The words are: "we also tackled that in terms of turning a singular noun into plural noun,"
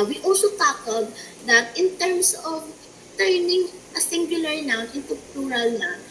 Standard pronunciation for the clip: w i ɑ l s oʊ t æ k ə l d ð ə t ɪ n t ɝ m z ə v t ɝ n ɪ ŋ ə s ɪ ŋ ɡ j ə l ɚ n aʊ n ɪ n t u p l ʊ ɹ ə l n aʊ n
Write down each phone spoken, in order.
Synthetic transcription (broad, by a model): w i ɑ l s oʊ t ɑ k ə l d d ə t ɪ n t ɝ m s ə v t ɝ n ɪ ŋ ə s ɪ ŋ ɡ j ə l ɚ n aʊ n ɪ n t u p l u ɹ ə l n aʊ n